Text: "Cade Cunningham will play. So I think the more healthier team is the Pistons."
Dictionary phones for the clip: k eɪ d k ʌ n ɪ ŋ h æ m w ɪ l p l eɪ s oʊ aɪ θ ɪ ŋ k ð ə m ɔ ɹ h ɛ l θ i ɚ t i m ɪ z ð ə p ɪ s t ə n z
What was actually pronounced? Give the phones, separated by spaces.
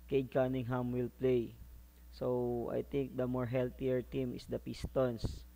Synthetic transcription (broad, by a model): k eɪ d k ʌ n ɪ ŋ h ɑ m w ɪ l p l eɪ s oʊ aɪ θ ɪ ŋ k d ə m ɔ ɹ h ɛ l t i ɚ t i m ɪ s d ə p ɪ s t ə n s